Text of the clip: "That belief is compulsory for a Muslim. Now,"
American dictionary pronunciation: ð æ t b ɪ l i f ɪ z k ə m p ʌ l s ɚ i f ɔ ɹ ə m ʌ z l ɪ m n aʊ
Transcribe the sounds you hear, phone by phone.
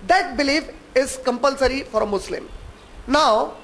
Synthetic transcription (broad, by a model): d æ t b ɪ l i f ɪ z k ə m p ʌ l s ɚ i f ɔ ɹ ə m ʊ s l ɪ m n aʊ